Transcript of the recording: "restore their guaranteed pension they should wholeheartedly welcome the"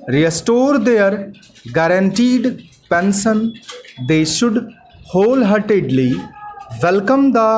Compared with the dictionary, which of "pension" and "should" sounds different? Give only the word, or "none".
pension